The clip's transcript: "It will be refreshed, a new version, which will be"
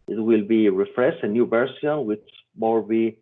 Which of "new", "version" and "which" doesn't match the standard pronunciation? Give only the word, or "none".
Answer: version